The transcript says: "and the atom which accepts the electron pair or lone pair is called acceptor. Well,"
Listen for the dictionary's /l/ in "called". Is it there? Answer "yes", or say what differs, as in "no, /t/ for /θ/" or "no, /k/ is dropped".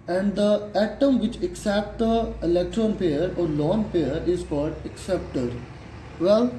no, /l/ is dropped